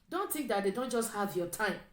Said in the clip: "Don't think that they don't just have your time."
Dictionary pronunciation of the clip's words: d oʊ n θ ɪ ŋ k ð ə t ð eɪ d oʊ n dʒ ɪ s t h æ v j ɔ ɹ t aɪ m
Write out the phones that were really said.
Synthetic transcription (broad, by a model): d oʊ n t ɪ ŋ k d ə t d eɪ d oʊ n dʒ ɪ s t h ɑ v j ɔ t aɪ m